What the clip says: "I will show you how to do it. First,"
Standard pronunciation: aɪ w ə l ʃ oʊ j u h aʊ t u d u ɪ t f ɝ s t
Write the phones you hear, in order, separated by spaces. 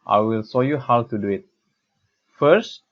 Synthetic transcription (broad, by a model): aɪ w ə l s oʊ j u h aʊ t u d u ɪ t f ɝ s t